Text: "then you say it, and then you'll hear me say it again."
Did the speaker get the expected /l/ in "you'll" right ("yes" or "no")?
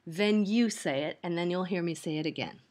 yes